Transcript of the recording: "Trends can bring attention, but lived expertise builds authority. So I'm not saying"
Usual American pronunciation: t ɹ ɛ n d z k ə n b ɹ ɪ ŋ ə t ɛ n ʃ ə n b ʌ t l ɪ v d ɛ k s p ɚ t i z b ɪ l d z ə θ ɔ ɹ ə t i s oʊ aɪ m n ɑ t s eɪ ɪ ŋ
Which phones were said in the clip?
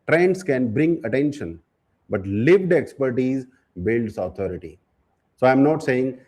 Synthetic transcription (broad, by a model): t ɹ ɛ n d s k ə n b ɹ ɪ ŋ ə t ɛ n ʃ ə n b ʌ t l ɪ v d ɛ k s p ɚ t i z b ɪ l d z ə t ɔ ɹ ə t i s oʊ aɪ m n ɑ t s eɪ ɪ ŋ